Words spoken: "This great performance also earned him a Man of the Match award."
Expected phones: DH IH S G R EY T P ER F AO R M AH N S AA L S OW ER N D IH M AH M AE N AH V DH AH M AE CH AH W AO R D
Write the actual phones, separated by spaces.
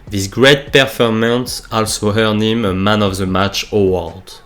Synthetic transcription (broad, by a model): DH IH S G R EY T P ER F AO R M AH N S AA L S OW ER N IH M AH M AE N AH V DH AH M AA CH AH W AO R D